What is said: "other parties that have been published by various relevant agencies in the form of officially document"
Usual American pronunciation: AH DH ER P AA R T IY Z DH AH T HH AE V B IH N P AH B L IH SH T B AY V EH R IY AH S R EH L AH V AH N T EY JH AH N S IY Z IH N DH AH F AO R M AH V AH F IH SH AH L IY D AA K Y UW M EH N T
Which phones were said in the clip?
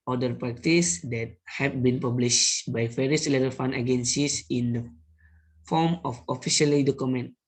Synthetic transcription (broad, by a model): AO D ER P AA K T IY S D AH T HH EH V B IH N P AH B L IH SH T B AY V EH R IY AH S L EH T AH F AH N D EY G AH N S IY S IH N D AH F AO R M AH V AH F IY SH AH L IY D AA K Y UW M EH N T